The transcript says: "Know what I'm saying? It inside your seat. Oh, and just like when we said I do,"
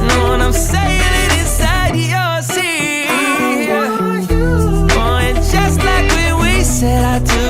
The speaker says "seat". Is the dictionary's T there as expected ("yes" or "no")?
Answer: no